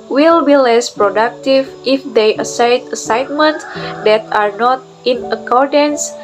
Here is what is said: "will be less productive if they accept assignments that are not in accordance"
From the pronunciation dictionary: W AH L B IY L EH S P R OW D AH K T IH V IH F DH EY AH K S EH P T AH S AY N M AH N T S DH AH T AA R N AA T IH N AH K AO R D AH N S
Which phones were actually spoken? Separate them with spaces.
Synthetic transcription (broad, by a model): W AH L B IY L EH S P R OW D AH K T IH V IH F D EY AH S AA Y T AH S AY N M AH N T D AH T AA R N AA T IH N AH K AO R D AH N S